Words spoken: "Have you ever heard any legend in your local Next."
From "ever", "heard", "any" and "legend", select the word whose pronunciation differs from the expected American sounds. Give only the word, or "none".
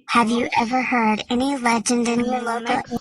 none